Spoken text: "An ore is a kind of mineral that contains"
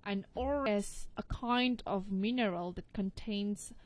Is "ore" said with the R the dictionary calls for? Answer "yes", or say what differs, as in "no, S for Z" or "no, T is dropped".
no, L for R